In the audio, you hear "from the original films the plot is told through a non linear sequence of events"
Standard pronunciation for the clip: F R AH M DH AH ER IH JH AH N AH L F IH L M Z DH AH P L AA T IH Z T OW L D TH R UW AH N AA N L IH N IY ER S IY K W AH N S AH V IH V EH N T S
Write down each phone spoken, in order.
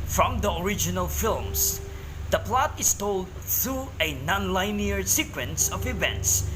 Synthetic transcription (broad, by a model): F R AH M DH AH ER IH JH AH N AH L F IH L M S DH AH P L AA T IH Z T OW L D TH R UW AH N AA N L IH N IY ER S IY K W AH N S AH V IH V EH N T S